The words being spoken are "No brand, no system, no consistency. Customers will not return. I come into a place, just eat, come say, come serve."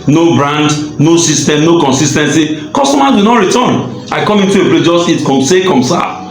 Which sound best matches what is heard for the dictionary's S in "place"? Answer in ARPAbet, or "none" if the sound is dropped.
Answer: none